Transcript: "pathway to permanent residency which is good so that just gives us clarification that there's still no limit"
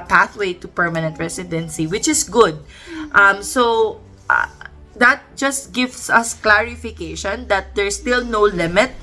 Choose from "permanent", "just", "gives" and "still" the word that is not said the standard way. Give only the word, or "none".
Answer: gives